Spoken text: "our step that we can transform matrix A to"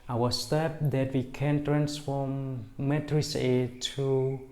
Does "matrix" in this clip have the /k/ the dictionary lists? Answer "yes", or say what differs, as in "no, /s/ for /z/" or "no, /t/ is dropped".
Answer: no, /k/ is dropped